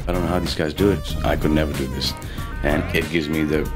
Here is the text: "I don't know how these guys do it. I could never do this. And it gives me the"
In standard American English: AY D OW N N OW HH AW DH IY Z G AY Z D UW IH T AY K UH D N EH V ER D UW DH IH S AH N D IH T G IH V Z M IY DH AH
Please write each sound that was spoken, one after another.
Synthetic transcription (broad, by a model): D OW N N OW HH AW DH IY Z G AY Z D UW IH T AY K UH D N EH V ER D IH DH IH S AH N IH T G IH V Z M IY DH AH